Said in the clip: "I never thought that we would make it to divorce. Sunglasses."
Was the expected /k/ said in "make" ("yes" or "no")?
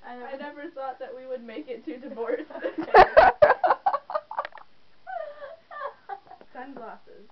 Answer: yes